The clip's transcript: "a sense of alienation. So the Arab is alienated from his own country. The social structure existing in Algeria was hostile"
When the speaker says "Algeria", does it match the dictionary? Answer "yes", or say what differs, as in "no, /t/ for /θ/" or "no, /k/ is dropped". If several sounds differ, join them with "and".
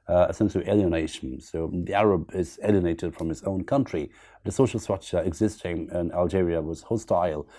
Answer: yes